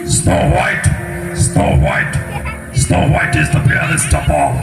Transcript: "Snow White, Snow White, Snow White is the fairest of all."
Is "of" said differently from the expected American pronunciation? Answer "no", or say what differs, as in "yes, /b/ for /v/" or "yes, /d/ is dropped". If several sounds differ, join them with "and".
yes, /p/ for /v/